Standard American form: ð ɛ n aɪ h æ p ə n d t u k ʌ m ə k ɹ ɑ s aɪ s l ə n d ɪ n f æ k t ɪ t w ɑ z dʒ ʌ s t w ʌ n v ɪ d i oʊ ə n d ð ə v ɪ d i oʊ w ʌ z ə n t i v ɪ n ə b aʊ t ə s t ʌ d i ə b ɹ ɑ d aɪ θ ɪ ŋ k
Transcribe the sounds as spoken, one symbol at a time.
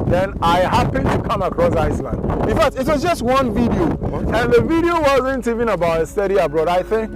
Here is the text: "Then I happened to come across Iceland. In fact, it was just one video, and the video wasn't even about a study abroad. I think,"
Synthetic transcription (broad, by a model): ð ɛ n aɪ h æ p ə n t u k ʌ m ə k ɹ ɑ s aɪ s l ə n d ɪ n f æ k t ɪ t w ɑ z dʒ ʌ s t w ʌ n v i d i oʊ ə n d ð ə v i d i oʊ w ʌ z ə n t i v ɪ n ə b aʊ t ə s t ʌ d i ə b ɹ ɑ d aɪ θ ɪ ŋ k